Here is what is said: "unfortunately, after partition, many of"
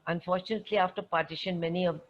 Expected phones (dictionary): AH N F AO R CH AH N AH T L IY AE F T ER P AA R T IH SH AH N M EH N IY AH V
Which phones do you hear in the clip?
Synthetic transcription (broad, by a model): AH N F AO R CH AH N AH T L IY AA F T ER P AA R T IH SH AH N M EH N IY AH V